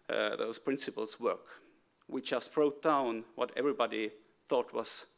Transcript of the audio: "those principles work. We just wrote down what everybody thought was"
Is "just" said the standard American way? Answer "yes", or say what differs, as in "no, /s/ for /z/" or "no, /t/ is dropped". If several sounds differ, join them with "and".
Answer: no, /tʃ/ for /dʒ/